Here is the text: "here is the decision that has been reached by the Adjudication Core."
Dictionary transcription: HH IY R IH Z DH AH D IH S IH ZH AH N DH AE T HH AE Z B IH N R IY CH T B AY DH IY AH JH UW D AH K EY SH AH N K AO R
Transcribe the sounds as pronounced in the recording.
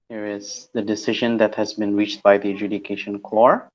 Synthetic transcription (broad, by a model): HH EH R IH Z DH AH D IH S IH ZH AH N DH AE T HH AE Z B IH N R IY CH T B AY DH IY AH JH UW D AH K EY SH AH N K AO R